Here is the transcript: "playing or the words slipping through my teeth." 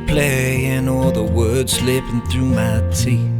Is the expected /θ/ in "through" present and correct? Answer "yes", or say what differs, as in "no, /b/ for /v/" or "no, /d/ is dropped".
yes